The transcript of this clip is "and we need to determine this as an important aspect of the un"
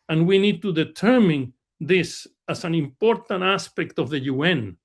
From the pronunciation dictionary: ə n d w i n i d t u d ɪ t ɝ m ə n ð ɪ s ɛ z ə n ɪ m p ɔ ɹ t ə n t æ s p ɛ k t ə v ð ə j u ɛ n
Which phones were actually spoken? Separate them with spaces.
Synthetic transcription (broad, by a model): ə n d w i n i d t u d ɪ t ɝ m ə n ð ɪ s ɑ s ə n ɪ m p ɔ ɹ t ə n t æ s p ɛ k t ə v ð ə j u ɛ n